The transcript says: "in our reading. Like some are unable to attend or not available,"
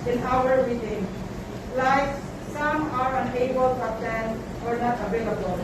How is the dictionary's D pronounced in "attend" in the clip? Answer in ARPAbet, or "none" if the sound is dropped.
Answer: none